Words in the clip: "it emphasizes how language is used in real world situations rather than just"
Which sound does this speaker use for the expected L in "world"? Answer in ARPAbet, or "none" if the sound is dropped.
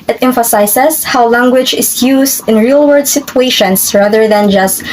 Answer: none